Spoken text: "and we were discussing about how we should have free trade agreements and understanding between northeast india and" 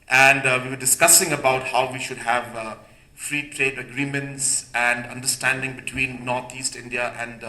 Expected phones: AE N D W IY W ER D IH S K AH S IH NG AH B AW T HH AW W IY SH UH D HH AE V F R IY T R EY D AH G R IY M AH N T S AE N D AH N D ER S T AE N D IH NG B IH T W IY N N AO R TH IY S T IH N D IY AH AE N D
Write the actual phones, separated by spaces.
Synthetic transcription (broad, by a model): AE N D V IY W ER D IH S K AH S IH NG AH B AW T HH AW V IY SH UH D HH AE V F R IY T R EY D AH G R IY M AH N T S AE N D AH N D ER S T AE N D IH NG B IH T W IY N N AO R T IY S T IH N D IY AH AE N D